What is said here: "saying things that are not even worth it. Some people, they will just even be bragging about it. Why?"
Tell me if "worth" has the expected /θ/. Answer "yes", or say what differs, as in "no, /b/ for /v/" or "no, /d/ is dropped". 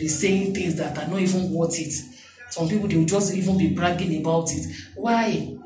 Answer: no, /t/ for /θ/